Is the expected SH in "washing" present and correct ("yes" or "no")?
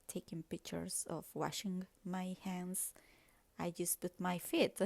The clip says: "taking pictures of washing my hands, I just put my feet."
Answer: yes